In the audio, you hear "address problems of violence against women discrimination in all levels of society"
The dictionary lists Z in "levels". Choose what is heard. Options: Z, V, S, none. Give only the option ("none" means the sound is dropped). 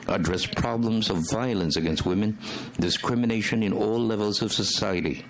Z